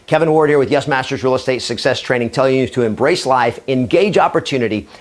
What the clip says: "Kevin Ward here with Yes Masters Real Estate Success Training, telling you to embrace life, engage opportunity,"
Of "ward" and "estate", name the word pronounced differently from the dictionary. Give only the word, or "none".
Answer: none